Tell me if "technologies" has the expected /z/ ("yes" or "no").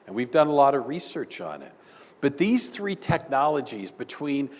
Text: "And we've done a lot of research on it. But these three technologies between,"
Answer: yes